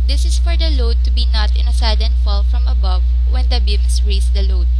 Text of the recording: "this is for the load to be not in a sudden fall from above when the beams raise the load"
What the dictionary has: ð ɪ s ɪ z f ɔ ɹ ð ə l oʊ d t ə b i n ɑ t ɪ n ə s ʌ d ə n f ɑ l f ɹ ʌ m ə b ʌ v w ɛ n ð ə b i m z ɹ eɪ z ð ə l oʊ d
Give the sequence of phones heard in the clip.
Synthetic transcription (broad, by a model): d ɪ s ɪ s f ɔ ɹ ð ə l oʊ d t ə b i n ɑ t ɪ n ə s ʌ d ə n f ɑ l f ɹ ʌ m ə b ʌ v w ɛ n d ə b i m s ɹ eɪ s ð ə l oʊ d